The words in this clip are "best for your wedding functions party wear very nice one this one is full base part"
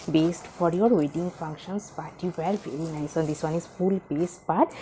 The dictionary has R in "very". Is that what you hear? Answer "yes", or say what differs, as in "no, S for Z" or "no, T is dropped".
yes